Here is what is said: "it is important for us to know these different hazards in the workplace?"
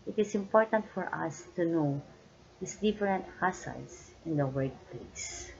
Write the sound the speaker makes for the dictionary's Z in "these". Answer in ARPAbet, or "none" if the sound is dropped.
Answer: S